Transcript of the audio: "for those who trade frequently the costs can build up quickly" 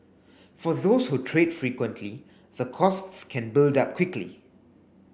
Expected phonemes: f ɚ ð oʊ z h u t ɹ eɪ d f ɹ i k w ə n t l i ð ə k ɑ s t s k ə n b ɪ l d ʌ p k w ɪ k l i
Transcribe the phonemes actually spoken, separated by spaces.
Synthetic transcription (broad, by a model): f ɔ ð oʊ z h u t ɹ eɪ d f ɹ i k w ə n t l i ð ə k ɑ s t s k ə n b ɪ l d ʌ p k w ɪ k l i